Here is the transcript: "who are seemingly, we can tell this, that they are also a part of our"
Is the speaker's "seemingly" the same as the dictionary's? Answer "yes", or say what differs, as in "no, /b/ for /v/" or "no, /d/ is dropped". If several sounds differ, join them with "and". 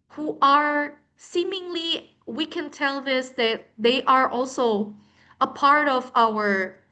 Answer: yes